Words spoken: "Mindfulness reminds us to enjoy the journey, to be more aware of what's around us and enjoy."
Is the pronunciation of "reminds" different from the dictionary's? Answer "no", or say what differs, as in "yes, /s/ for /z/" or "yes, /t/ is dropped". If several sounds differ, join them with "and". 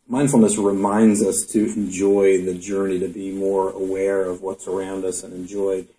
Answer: no